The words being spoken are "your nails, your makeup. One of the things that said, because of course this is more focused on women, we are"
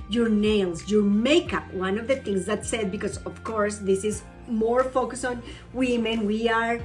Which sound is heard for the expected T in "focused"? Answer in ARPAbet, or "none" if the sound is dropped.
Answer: none